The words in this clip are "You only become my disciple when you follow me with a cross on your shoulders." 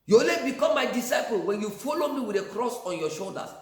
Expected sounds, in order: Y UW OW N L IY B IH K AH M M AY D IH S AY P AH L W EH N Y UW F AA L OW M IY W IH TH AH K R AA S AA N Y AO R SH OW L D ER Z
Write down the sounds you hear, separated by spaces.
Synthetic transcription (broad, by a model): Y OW L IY B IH K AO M M AY D IH S AY P AH L W EH N Y UW F AA L OW M IY W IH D AH K R AA S AA N Y AO SH OW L D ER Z